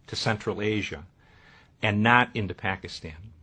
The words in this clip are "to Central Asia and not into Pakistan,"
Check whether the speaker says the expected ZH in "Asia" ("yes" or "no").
yes